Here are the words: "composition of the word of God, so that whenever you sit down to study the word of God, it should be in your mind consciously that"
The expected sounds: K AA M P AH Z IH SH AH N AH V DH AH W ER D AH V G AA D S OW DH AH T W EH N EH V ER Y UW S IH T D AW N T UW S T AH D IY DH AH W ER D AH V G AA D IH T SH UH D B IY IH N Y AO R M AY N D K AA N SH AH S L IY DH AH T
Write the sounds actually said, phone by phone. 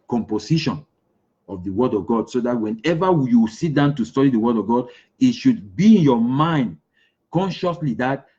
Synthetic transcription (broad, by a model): K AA M P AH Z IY SH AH N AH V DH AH W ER D AH V G AA D S OW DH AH T W EH N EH V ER Y UW S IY T D AW N T UW S T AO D IY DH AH W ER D AH V G AA D IH T SH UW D B IY IH N Y AO M AY N D K AA N SH AH S L IY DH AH T